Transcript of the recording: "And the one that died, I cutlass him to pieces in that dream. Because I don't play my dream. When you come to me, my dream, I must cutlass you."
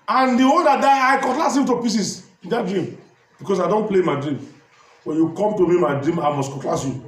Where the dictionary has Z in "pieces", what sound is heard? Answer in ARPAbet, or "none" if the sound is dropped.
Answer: S